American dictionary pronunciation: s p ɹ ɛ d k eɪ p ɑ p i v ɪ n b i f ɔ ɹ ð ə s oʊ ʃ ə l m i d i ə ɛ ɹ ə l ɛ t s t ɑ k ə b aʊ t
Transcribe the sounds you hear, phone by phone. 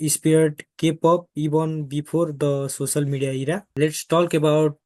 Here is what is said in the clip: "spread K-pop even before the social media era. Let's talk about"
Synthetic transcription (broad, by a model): s p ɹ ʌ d k eɪ p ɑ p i b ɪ n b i p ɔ ɹ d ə s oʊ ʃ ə l m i d i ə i ɹ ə l ɛ t s t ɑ k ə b aʊ t